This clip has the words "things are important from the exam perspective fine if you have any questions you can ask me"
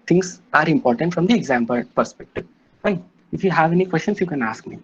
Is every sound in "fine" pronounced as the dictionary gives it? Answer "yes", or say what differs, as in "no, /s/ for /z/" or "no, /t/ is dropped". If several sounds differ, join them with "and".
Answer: no, /n/ is dropped